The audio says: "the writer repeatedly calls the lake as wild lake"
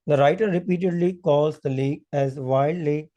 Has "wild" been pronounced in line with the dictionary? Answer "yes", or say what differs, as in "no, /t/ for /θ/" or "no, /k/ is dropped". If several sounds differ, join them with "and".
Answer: no, /l/ is dropped